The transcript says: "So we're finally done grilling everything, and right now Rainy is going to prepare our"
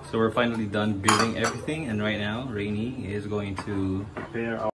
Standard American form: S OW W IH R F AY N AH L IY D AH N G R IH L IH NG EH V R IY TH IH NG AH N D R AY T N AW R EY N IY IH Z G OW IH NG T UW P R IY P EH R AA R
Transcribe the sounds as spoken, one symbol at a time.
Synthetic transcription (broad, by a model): S OW W IH R F AY N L IY D AH N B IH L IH NG EH V R IY TH IH NG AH N R AY T N AW R EY N IY IH Z G OW IH NG T UW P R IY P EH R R